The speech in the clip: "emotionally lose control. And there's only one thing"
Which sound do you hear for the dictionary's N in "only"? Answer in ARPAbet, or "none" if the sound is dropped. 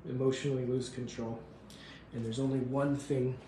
N